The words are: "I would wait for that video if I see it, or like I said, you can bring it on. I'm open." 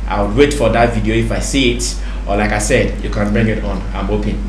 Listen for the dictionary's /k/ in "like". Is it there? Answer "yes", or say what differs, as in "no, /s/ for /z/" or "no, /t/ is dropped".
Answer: yes